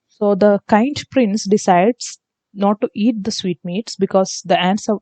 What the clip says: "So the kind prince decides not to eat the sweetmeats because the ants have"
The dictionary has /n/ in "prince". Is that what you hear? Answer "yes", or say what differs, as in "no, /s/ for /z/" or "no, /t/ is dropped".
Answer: yes